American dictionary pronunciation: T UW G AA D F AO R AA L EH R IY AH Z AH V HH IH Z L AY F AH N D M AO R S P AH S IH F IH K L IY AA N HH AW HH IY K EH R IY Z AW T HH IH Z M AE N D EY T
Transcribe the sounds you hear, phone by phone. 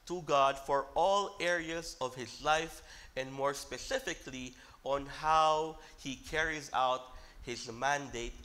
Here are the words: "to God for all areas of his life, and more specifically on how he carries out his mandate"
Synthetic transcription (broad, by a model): T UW G AA D F AO R AA L EH R IY AH Z AH V HH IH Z L AY F AH N D M AO R S P AH S IH F IH K L IY AA N HH AW HH IY K EH R IY Z AW T HH IH Z M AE N D EY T